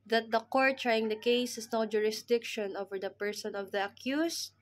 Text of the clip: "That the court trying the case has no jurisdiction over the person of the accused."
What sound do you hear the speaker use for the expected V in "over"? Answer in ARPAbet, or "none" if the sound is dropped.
V